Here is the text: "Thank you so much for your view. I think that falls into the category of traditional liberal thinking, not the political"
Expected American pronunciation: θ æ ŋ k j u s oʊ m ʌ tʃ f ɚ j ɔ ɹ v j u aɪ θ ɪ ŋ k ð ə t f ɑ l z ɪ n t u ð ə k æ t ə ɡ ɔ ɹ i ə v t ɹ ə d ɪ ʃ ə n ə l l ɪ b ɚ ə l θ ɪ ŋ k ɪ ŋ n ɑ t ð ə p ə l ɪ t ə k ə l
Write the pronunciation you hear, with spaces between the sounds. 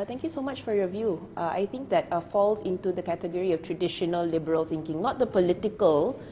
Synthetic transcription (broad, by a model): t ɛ ŋ k j u s oʊ m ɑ tʃ f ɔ j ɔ v j u aɪ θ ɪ ŋ k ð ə t f ɑ l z ɪ n t u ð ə k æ t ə ɡ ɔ ɹ i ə f t ɹ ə d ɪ ʃ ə n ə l l ɪ b ɚ ə l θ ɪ ŋ k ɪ ŋ n ɑ t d ə p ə l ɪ t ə k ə l